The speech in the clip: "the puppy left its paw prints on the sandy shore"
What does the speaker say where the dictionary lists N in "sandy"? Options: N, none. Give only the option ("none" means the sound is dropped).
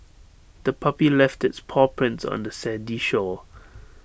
none